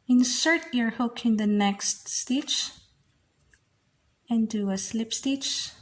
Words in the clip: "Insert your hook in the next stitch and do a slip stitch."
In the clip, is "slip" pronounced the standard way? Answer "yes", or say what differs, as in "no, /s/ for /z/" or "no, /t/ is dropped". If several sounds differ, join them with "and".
yes